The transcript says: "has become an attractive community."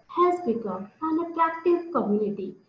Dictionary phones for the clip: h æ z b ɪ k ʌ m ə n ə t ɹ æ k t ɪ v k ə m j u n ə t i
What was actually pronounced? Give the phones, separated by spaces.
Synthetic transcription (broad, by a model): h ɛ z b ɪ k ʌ ə n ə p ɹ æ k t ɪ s k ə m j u n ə t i